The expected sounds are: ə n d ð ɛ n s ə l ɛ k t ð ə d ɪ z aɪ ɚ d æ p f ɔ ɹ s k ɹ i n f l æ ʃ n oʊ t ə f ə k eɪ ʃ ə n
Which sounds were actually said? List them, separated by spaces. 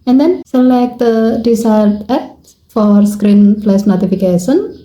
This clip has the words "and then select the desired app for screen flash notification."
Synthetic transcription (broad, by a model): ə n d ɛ n s ə l ɛ k t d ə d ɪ s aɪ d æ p f ɔ ɹ s k ɹ i n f l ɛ s n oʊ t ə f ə k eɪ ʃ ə n